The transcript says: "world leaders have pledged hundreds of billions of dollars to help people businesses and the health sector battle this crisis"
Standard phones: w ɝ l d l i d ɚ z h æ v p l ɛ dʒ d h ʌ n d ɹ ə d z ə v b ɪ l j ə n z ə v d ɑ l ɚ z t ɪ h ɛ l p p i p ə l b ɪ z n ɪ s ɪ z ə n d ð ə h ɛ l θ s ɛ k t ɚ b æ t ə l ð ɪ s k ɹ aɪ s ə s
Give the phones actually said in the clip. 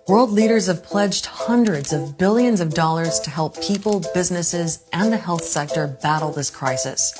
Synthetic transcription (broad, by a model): w ɝ l d l i d ɚ z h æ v p l ɛ dʒ d h ʌ n d ɹ ə d z ə v b ɪ l j ə n z ə v d ɑ l ɚ z t ɪ h ɛ l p p i p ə l b ɪ z n ɪ s ɪ z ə n ð ə h ɛ l θ s ɛ k t ɚ b æ t l ð ɪ s k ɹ aɪ s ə s